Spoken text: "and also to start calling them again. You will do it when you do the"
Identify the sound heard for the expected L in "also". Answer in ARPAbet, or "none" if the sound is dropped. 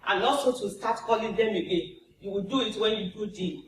none